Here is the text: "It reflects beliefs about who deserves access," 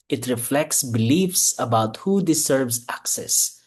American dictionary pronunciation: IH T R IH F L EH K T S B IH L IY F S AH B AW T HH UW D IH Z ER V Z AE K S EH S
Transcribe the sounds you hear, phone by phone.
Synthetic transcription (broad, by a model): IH T R IH F L EH K T S B IH L IY F S AH B AW T HH UW D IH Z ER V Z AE K S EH S